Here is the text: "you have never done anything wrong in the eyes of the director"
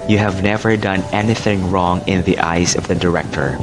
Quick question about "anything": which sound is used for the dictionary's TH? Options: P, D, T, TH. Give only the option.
TH